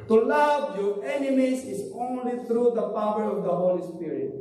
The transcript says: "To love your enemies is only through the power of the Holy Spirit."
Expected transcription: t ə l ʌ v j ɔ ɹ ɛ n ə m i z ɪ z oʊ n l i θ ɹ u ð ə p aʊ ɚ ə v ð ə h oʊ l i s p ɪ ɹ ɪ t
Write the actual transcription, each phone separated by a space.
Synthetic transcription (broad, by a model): t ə l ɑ b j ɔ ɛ n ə m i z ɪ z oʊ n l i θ ɹ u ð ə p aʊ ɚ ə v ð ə h oʊ l i s p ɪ ɹ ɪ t